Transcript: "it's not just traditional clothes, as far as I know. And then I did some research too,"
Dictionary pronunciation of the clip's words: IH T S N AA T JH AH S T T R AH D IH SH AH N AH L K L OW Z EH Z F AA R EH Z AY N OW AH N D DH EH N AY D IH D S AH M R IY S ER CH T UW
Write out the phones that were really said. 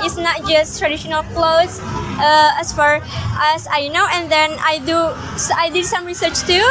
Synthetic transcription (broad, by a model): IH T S N AA T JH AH S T T R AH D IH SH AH N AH L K L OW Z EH S F AA R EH S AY N OW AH N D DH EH N AY D IH D S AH M R IY S ER CH T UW